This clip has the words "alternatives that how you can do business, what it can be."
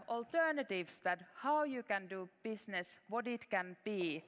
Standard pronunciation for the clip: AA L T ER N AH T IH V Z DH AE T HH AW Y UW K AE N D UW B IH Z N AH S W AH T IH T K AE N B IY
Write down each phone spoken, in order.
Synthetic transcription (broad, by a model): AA L T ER N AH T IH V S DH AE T HH AW Y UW K AE N D UW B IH S N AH S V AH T IH T K AE N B IY